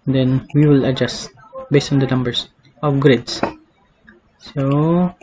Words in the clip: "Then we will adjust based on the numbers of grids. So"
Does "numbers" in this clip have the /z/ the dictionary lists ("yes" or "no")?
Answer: no